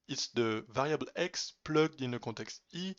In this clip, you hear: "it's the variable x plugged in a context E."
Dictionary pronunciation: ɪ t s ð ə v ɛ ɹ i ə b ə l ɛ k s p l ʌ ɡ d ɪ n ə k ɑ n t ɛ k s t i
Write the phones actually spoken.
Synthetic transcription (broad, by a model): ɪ t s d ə v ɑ ɹ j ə b l ɛ k s p l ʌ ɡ d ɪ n ə k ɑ t ɛ k s t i